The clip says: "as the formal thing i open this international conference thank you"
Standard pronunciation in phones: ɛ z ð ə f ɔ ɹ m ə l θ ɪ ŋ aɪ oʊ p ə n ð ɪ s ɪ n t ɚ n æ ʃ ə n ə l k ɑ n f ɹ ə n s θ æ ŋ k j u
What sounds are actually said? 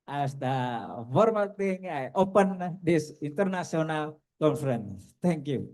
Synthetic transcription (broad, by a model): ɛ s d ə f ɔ ɹ m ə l t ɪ ŋ aɪ oʊ p ə n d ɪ s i n t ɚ n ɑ s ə n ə l k ɑ n f ɹ ə n s t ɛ ŋ k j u